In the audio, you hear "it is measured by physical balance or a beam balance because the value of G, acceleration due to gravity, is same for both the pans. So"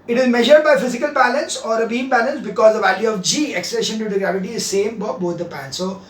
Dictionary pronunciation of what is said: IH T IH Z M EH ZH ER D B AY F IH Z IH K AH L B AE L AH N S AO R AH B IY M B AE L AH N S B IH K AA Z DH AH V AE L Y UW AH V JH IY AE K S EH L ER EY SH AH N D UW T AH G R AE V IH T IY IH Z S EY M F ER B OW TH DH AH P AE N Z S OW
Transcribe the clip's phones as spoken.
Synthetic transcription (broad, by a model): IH T IH Z M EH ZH ER D B AY F IH Z IH K AH L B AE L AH N S AO R AH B IY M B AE L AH N S B IH K AA Z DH AH V AE L Y UW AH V JH IY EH K S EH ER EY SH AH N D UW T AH G R AE V IH T IY IH Z S EY M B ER B OW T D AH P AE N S S OW